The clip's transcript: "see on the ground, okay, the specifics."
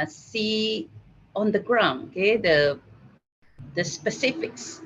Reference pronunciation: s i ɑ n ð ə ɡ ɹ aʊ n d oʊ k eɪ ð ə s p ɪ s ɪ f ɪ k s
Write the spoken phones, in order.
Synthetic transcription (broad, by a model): s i ɑ n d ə ɡ ɹ aʊ n oʊ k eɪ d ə s p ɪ s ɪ f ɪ k s